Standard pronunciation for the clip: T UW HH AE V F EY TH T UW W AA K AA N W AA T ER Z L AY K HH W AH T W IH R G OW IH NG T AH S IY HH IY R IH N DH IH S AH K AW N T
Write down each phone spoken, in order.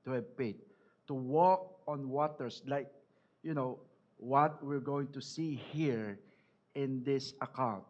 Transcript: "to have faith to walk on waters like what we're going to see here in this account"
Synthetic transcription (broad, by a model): T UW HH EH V P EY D T UW W AA K AA N W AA T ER S L AY K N W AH T W IH R G OW IH NG T AH S IY HH IY R IH N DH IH S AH K AW N T